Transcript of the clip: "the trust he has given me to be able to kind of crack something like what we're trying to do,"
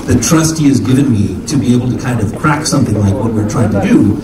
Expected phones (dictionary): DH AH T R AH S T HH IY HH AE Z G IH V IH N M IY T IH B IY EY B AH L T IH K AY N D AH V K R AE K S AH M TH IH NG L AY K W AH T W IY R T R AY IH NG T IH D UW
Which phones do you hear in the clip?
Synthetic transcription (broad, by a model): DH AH T R AH S T HH IY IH Z G IH V IH N M IY T IH B IY EY B L T IH K AY N D AH V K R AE K S AH M TH IH NG L AY K W AH T W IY R T R AY IH NG T IH D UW